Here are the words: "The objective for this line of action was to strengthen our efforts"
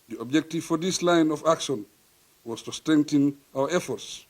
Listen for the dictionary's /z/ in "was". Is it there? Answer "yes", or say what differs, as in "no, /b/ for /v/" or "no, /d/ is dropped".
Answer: no, /s/ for /z/